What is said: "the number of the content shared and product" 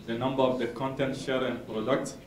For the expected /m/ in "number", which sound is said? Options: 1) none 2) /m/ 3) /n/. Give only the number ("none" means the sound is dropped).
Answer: 2